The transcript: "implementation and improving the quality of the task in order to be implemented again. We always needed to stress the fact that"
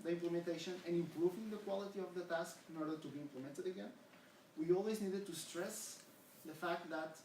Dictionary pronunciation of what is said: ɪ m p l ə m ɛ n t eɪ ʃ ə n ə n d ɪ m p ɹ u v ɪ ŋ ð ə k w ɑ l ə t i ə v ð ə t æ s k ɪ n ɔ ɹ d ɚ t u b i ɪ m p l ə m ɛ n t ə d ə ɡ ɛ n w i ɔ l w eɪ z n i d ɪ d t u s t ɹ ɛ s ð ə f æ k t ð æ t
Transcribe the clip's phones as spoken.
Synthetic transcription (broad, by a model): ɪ m p l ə m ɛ n t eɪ ʃ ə n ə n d ɪ m p ɹ u v ɪ ŋ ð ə k w ɑ l ə t i ə v ð ə t æ s k ɪ n ɔ ɹ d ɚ t u b i ɪ m p l ə m ɛ n t ə d ə ɡ ɛ n w i ɔ l w eɪ z n i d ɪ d t u s t ɹ ɛ s ð ə f æ k t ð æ t